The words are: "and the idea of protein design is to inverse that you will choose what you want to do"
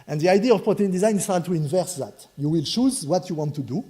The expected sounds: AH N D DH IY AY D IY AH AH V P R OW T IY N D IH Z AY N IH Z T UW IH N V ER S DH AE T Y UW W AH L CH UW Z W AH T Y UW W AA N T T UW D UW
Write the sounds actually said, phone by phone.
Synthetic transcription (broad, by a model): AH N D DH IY AY D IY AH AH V P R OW T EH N D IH Z AY N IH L T UW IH N V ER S DH AE T Y UW W AH L CH UW Z W AH T Y UW W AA N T T UW D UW